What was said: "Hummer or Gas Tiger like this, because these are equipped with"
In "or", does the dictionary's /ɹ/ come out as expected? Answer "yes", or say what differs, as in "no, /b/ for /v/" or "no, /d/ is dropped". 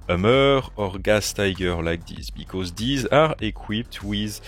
yes